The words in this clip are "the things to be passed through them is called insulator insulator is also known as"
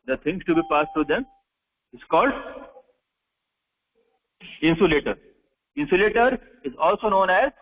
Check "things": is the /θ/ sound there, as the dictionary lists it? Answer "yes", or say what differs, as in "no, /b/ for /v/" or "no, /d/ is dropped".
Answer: no, /t/ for /θ/